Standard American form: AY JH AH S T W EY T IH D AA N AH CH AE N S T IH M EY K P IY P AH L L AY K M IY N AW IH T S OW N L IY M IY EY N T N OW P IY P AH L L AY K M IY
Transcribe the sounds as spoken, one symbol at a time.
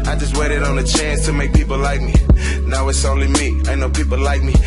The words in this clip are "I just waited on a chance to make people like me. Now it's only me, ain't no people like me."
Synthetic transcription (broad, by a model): AY JH AH S T W EY T IH D N AH CH AE N S T IH M EY K P IY P L L AY K M IY N AW IH T S OW N L IY M IY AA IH N OW P IY P L L AY K M IY